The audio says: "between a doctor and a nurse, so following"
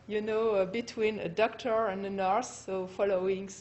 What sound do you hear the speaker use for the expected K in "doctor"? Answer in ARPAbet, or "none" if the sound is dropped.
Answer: K